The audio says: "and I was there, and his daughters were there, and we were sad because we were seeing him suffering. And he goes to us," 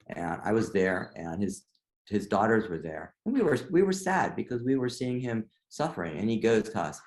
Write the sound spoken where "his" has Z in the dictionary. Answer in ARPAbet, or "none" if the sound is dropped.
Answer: Z